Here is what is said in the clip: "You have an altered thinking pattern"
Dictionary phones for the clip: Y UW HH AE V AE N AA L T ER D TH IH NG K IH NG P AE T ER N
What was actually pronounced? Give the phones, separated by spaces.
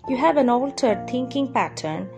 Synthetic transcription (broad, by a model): Y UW HH AE V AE N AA L T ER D T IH NG K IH NG P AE T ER N